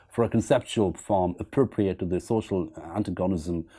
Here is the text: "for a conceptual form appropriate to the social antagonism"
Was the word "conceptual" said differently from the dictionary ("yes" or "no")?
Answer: no